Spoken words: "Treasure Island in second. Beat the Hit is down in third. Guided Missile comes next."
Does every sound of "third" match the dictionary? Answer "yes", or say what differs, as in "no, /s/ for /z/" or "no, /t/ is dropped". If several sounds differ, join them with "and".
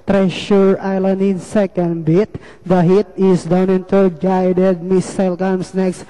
no, /t/ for /θ/